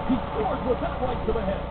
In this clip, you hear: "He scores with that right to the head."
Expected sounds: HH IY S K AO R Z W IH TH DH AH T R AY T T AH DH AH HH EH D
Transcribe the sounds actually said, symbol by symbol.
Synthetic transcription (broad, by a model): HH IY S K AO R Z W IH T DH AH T L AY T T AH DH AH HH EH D